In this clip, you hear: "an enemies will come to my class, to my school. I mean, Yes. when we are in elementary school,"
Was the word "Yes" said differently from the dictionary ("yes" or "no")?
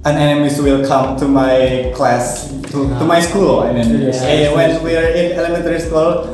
yes